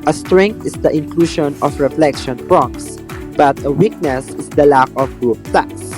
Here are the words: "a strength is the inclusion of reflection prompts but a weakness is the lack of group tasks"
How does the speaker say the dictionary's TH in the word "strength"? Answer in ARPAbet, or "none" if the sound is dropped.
T